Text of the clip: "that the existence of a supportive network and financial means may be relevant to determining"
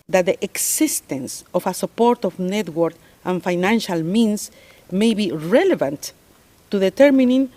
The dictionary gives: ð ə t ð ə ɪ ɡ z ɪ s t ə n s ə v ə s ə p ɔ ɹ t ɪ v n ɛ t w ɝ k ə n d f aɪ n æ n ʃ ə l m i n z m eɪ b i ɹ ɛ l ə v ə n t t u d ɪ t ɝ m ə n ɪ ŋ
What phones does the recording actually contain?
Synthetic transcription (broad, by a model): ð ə t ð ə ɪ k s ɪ s t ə n s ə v ə s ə p ɔ ɹ t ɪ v n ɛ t w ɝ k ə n f aɪ n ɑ n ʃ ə l m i n s m eɪ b i ɹ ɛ l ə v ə n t t u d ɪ t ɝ m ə n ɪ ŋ